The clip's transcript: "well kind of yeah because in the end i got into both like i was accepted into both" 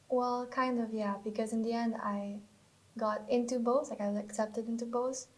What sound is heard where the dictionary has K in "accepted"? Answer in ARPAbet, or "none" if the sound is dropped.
K